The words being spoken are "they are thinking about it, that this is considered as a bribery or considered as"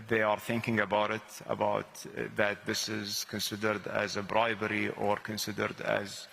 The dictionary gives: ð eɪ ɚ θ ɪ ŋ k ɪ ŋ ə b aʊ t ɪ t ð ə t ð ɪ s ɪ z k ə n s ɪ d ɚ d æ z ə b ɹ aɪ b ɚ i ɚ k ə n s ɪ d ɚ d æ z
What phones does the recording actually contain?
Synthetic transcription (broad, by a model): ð eɪ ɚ θ ɪ ŋ k ɪ ŋ ə b aʊ t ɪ t ð ə t ð ɪ s ɪ z k ə n s ɪ d ɚ d æ z ə b ɹ aɪ b ɚ i ɚ k ə n s ɪ d ɚ d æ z